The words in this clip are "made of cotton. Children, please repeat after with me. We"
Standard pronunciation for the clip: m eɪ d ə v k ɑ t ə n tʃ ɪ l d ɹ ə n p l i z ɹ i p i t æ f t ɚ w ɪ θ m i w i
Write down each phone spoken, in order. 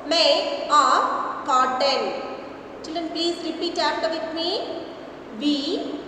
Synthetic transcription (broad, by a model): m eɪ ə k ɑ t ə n tʃ ɪ l d ɹ ə n p l i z ɹ i p i t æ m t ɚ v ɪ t m i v i